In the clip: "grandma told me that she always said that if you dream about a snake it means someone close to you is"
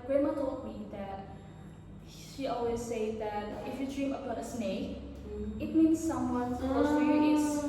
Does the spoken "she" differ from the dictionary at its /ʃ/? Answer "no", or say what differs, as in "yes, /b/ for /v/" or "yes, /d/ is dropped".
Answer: no